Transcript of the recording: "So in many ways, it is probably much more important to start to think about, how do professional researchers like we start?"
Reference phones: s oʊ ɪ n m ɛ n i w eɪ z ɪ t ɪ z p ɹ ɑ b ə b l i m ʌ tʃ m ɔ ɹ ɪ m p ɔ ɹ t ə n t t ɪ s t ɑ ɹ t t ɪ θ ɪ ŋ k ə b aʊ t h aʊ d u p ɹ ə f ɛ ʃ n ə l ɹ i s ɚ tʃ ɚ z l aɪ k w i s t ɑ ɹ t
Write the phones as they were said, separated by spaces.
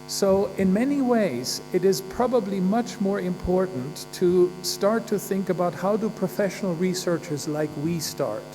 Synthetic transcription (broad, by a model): s oʊ ɪ n m ɛ n i w eɪ z ɪ t ɪ z p ɹ ɑ b ə b l i m ʌ tʃ m ɔ ɹ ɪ m p ɔ ɹ t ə n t t ɪ s t ɑ ɹ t t ɪ θ ɪ ŋ k ə b aʊ t h aʊ d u p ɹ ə f ɛ ʃ n l ɹ i s ɚ tʃ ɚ z l aɪ k w i s t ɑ ɹ t